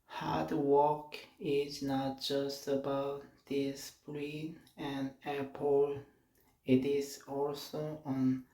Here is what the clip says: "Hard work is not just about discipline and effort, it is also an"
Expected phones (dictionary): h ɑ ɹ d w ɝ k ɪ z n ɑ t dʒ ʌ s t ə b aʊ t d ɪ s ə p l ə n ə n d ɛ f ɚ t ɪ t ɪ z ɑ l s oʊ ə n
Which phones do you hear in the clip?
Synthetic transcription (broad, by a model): h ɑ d w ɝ k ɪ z n ɑ t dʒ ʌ s t ə b aʊ t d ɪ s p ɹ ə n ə n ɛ p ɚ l ɪ t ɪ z ɑ l s oʊ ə n